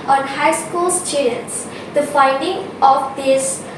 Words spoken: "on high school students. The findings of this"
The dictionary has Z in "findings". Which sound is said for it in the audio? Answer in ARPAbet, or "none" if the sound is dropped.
none